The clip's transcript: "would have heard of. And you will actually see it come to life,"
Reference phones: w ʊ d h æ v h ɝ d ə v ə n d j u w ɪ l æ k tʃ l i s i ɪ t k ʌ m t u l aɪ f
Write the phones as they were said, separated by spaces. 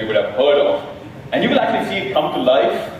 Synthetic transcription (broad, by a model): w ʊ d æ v h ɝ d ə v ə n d j u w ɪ l æ k tʃ l i s i ɪ t k ʌ m t u l aɪ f